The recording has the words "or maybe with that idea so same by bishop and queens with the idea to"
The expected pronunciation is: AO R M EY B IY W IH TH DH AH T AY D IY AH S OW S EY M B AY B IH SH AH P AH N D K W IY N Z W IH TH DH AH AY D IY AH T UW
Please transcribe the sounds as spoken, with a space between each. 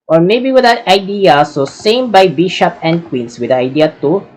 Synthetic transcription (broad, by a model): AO R M EY B IY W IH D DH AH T AY D IY AH S OW S EY M B AY B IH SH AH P AH N D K W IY N S W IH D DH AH AY D IY AH T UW